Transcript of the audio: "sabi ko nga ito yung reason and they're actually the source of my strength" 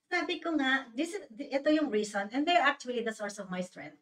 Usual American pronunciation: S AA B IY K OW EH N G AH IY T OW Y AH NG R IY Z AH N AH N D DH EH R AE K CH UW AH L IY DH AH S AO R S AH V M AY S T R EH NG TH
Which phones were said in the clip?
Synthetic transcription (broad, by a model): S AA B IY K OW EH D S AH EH T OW Y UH NG R IY S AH N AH N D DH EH R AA K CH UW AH L IY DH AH S AO R S AH V M AY S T R EH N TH